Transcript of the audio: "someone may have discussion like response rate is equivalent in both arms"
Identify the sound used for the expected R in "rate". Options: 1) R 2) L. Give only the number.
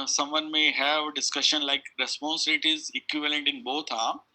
2